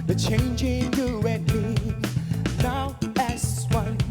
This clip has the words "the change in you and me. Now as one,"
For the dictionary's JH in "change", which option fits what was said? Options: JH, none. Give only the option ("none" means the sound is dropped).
JH